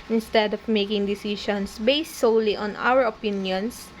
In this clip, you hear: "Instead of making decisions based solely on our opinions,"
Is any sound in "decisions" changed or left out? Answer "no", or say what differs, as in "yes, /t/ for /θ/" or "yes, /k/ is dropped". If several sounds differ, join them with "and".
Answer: yes, /ʃ/ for /ʒ/ and /s/ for /z/